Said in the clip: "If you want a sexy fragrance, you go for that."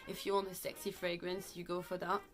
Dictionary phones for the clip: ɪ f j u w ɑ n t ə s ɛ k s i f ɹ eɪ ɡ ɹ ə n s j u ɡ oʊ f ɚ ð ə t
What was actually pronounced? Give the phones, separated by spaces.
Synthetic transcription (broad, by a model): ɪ f j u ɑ n ə s ɛ k s i f ɹ eɪ ɡ ɹ ə n s j u ɡ oʊ f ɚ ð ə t